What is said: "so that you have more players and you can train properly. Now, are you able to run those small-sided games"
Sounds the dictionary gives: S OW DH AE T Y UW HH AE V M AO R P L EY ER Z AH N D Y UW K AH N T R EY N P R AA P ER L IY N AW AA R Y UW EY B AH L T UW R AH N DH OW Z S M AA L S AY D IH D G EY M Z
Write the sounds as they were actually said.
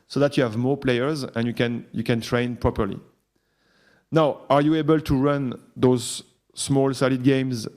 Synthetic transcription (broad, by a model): S OW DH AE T Y UW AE V M AO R P L EY ER Z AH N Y Y UW K AH N T R EY N P R AA P ER L IY N AW AA R Y UW EY B AH L T UW R AH N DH OW Z S M AA L S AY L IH D G EY M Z